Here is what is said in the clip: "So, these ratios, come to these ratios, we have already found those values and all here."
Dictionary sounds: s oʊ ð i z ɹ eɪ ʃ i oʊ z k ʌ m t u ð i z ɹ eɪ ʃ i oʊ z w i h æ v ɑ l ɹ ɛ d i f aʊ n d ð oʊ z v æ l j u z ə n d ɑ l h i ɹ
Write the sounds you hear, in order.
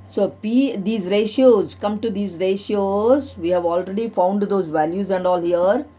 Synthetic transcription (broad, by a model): s oʊ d i z ɹ eɪ ʃ i oʊ z k ʌ m t u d i z ɹ eɪ ʃ i oʊ z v i h æ v ɑ l ɹ ɛ d i f aʊ n d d oʊ z v æ l j u z ə n d ɑ l h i ɹ